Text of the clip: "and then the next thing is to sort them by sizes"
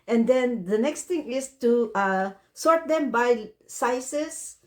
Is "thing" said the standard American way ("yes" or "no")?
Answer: no